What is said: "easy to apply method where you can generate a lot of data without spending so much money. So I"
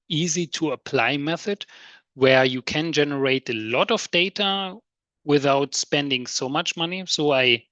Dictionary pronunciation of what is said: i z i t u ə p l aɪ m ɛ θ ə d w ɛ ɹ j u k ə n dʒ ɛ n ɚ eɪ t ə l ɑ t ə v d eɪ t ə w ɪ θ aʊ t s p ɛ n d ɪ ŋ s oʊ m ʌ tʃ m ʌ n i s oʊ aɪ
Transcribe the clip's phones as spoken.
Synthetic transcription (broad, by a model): i z i t u ə p l aɪ m ɛ θ ə d w ɛ ɹ j u k ə n dʒ ɛ n ɚ eɪ t ə l ɑ t ə v d eɪ t ə w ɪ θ aʊ t s p ɛ n d ɪ ŋ s oʊ m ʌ tʃ m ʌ n i s oʊ aɪ